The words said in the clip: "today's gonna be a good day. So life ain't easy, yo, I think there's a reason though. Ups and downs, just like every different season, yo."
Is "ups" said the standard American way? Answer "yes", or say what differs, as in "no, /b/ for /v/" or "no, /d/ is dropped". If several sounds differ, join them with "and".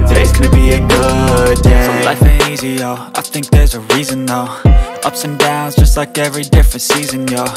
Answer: yes